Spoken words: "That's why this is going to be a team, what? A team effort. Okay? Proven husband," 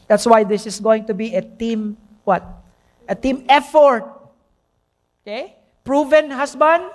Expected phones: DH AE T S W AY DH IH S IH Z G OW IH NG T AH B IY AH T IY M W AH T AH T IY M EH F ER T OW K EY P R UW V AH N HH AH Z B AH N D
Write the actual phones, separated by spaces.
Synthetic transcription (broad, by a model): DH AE T S W AY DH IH S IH S G OW IH NG T AH B IY AH T IY M W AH T AH T IY M EH F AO T OW K EY P R UW V AH N HH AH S B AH N D